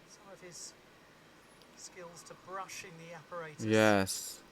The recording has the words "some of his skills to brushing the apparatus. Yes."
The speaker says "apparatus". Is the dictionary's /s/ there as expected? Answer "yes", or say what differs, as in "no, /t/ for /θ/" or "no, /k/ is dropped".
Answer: no, /s/ is dropped